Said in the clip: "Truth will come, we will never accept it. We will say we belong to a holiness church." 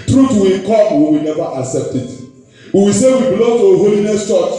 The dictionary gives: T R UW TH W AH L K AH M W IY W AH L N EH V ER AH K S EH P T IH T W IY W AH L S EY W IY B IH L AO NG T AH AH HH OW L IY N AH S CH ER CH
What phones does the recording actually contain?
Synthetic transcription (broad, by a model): T R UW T W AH K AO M W IY W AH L N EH V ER AH K S EH P T IH T W IY W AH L S EY W IY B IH L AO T AH HH OW L IY N AH S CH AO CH